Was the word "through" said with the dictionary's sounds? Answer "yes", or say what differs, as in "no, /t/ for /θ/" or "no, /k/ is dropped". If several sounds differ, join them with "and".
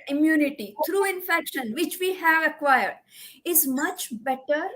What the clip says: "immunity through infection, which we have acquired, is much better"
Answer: no, /t/ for /θ/